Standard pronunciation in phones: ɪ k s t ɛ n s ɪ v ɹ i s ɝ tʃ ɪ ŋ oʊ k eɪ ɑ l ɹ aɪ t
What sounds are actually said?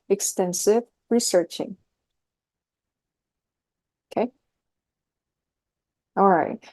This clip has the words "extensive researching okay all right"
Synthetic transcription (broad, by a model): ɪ k s t ɛ n s ɪ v ɹ i s ɝ tʃ ɪ ŋ oʊ k eɪ ɑ l ɹ aɪ t